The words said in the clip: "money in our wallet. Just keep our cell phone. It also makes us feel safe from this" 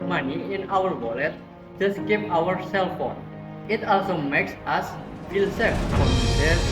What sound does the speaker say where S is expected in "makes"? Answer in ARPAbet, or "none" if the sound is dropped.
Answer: S